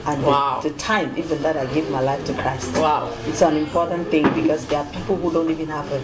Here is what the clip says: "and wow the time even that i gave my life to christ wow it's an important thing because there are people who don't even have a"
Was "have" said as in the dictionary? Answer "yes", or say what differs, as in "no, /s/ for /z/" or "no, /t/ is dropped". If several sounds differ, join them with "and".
no, /p/ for /v/